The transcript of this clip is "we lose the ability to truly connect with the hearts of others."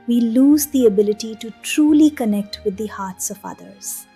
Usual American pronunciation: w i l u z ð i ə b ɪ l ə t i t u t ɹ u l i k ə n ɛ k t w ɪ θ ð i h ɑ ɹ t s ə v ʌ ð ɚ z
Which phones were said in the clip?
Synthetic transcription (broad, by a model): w i l u z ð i ə b ɪ l ə t i t u t ɹ u l i k ə n ɛ k t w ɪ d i h ɑ ɹ t s ə v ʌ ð ɚ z